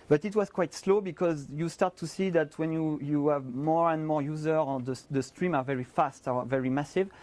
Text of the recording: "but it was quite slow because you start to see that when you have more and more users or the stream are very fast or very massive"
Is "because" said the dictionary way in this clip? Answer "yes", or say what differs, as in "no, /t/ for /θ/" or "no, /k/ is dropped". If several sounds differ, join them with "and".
yes